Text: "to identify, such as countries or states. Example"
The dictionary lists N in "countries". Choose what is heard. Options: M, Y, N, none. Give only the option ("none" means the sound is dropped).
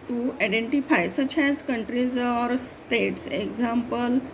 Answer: N